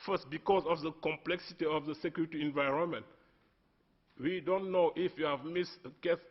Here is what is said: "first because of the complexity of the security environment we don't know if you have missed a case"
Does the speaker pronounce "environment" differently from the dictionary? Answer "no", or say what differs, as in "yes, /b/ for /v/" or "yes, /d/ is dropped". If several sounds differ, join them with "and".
no